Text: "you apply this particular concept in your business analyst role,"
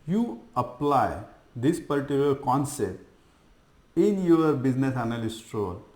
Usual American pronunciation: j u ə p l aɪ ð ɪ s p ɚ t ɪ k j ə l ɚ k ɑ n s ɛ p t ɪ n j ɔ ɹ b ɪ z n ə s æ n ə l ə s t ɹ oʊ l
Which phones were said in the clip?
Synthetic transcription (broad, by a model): j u ə p l aɪ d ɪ s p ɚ t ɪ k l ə ɚ k ɑ n s ɛ p t ɪ n j ɔ ɹ b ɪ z n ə s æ n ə l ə s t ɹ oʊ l